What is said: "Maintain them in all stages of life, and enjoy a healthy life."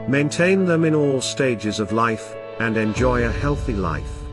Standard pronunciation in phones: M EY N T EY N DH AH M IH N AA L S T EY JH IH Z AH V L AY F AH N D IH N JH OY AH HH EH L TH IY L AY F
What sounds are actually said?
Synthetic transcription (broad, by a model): M EY N T EY N DH AH M IH N AA L S T EY JH IH Z AH V L AY F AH N IH N JH OY AH HH EH L TH IY L AY F